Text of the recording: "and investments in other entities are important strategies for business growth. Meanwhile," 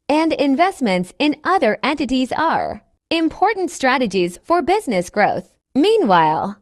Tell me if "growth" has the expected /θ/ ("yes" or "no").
yes